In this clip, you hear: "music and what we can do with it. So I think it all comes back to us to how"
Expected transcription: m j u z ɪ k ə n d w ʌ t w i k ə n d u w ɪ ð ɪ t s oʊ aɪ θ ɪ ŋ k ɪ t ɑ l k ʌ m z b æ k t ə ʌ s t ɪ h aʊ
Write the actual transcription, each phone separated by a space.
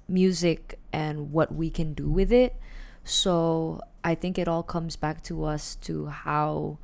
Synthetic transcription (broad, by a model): m j u z ɪ k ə n w ʌ t w i k ə n d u w ɪ ð ɪ t s oʊ aɪ θ ɪ ŋ k ɪ t ɑ l k ʌ m z b æ k t ə ʌ s t ɪ h aʊ